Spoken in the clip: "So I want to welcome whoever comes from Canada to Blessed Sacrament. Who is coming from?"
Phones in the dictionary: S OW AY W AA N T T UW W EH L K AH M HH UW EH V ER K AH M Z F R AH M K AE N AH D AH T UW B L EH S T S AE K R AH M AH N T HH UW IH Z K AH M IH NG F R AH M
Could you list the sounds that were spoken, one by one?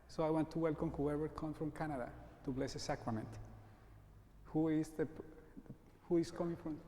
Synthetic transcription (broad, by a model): S OW AY W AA N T T UW W EH L K AH M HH UW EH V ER K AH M F R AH M K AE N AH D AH T UW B L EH S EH S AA K R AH M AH N T HH UW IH S K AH M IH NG F R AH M